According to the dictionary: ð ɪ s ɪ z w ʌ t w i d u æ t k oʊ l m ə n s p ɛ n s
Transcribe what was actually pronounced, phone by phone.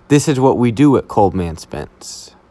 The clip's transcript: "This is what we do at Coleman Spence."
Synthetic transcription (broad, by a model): ð ɪ s ɪ z w ʌ t w i d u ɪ t k oʊ l m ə n s p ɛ n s